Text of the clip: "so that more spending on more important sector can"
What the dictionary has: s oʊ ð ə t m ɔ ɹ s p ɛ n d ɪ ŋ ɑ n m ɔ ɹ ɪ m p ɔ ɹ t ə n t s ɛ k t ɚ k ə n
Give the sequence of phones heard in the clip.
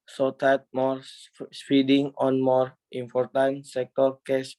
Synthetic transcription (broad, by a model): s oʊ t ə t m ɔ ɹ s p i d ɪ ŋ ɑ n m ɔ ɹ ɪ m p ɔ ɹ t ə n t s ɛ k t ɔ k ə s